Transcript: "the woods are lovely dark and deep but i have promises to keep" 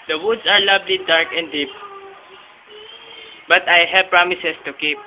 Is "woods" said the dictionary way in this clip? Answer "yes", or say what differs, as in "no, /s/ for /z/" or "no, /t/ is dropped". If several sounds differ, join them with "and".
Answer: no, /s/ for /z/